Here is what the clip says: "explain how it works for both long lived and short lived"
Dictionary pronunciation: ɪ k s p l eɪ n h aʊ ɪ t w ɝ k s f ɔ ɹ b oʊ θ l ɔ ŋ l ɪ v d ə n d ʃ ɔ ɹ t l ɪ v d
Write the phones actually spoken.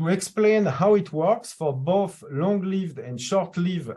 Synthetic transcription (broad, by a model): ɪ k s p l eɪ n h aʊ ɪ t w ɝ k s f ɔ ɹ b oʊ θ l ɔ ŋ l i v d ə n d ʃ ɔ ɹ t l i v